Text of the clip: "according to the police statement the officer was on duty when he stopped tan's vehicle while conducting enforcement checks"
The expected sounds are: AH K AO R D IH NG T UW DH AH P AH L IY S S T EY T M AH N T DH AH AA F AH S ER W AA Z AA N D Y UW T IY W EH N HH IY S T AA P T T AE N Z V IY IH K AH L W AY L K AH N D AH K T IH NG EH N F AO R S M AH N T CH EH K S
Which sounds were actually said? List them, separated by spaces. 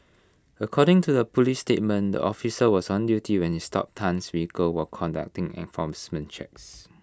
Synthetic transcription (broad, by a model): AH K AO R D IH NG T UW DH AH P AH L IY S S T EY T M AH N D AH AA F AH S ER W AA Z AA N D Y UW T IY W EH N HH IY S T AA P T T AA N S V IY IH K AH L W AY K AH N D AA K T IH NG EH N F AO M S M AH N CH EH K S